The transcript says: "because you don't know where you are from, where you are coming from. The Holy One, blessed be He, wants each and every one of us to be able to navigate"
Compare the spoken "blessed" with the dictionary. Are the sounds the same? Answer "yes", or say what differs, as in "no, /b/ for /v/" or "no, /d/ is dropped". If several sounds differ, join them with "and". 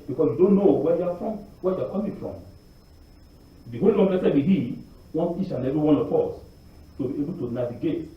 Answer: no, /s/ is dropped